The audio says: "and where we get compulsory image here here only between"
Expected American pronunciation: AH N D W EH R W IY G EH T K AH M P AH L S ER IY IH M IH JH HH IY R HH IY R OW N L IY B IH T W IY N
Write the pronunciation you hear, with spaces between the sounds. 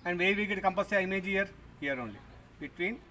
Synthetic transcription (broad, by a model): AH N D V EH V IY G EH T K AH M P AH S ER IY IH M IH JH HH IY R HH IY R OW N L IY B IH T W IY N